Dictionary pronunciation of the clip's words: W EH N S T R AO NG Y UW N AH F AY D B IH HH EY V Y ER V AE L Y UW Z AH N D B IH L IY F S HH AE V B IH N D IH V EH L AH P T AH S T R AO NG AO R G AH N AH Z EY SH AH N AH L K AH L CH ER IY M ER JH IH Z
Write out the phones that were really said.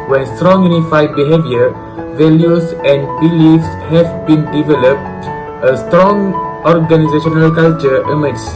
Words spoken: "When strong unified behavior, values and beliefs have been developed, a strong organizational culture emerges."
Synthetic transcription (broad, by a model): W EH N S T R AO NG Y UW N AH F AY D B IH HH EY V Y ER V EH L Y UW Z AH N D B IH L IY F S HH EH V B IH N D IH V EH L AH P T AH S T R AO NG AO R G AH N AH Z EY SH AH N AH L K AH L CH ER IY M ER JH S